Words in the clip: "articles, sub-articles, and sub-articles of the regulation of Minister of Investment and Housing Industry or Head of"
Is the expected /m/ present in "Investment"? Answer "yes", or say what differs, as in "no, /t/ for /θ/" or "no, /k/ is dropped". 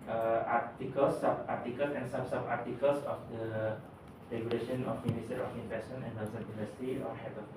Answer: no, /m/ is dropped